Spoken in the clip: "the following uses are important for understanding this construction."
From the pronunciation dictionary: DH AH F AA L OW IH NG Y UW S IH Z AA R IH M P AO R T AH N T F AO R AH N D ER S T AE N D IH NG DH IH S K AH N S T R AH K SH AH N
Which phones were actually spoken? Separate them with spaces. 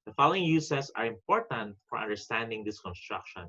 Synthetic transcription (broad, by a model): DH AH F AA L OW IH NG Y UW S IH S AA R IH M P AO R T AH N T F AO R AH N D ER S T AE N D IH NG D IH S K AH N S T R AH K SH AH N